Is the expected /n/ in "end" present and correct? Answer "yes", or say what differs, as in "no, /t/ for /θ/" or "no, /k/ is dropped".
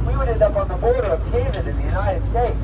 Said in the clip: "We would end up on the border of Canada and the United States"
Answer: no, /n/ is dropped